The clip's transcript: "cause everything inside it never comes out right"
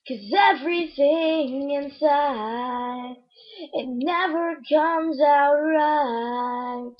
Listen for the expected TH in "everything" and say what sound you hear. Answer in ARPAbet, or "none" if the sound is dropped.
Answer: TH